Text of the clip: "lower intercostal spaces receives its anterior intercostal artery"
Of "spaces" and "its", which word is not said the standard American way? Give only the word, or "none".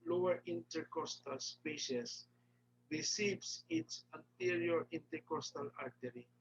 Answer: spaces